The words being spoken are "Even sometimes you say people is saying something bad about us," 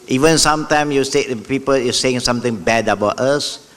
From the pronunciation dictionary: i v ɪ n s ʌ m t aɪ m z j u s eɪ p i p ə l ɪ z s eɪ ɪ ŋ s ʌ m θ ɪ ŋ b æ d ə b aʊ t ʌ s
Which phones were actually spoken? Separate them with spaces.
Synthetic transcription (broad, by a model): i v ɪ n s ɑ m t aɪ m j u s eɪ p i p ə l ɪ s eɪ ɪ ŋ s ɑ m t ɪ ŋ b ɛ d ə b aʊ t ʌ s